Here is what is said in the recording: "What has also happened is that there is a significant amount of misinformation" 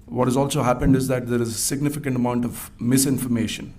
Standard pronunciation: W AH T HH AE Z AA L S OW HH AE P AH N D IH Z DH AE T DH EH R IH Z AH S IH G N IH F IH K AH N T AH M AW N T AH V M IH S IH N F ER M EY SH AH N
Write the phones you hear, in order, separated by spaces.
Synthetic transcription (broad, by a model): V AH T HH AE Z AA L S OW HH AE P AH N D IH Z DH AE T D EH R IH Z AH S IH G N IH F IH K AH N T AH M AW N T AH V M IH S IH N F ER M EY SH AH N